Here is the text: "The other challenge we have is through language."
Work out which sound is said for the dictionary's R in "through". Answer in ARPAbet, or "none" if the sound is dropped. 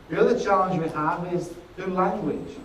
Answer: none